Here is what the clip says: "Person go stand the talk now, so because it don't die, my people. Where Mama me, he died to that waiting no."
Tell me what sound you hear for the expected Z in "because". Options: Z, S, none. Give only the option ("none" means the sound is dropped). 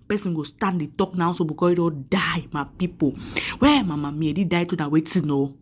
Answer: none